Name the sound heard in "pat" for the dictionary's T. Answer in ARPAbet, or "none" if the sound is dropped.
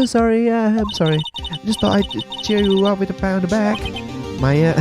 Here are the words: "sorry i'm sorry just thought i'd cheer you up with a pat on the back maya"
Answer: none